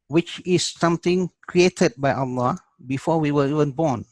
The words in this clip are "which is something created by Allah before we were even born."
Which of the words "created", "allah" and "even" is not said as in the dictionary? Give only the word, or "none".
none